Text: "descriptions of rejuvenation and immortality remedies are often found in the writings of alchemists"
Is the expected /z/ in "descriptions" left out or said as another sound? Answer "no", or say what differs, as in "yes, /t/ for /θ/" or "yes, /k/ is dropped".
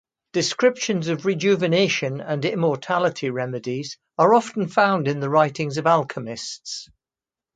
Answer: no